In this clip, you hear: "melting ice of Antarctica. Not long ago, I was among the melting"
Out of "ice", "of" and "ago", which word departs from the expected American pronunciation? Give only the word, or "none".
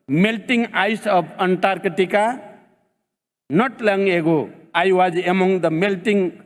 of